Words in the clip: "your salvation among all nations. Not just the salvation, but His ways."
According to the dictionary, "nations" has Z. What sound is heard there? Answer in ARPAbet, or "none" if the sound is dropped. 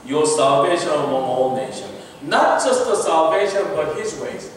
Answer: none